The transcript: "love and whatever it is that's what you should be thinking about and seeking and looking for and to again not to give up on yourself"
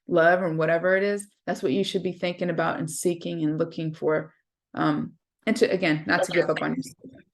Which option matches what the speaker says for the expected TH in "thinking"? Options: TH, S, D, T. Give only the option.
TH